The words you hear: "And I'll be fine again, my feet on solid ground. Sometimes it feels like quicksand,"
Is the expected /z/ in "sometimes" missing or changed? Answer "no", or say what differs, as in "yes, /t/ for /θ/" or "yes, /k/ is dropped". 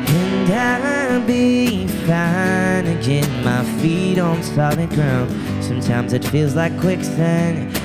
no